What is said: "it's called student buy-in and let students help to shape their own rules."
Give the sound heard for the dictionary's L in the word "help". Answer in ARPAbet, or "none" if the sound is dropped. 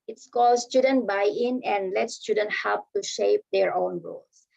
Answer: none